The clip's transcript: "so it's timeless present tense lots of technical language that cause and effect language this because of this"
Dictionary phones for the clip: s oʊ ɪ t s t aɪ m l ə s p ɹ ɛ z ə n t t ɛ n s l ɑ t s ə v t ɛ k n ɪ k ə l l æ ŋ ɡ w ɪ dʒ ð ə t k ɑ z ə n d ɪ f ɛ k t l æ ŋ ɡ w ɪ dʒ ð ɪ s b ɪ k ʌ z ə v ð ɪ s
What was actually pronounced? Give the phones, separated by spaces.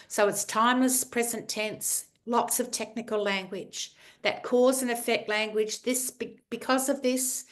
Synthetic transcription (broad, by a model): s oʊ ɪ t s t aɪ m l ə s p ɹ ɛ z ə n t t ɛ n s l ɑ t s ə v t ɛ k n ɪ k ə l l æ ŋ ɡ w ɪ dʒ ð ə t k ɑ z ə n ɪ f ɛ k t l æ ŋ ɡ w ɪ dʒ ð ɪ s b ɪ k ʌ z ə v ð ɪ s